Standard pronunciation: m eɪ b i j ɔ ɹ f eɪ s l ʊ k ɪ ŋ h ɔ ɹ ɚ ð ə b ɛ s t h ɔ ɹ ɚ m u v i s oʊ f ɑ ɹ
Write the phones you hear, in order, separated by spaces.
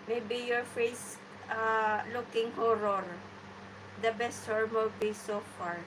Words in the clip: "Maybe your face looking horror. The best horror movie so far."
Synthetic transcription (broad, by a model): m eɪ b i j ɔ ɹ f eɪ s l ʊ k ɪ ŋ h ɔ ɹ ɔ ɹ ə b ɛ s t h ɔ ɹ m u b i s oʊ f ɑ ɹ